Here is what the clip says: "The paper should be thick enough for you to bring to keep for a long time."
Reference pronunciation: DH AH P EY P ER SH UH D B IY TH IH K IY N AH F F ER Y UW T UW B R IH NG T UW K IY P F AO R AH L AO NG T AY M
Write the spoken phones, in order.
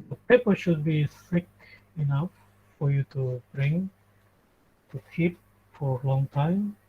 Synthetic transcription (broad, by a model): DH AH P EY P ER SH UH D B IY S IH K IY N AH F F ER Y UW T UW B R IH NG T UW K IY P F AO R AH L AO NG T AY M